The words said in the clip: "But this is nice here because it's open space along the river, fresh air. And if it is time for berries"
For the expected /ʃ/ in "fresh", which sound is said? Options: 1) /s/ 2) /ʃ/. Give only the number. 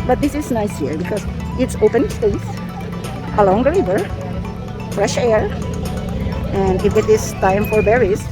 2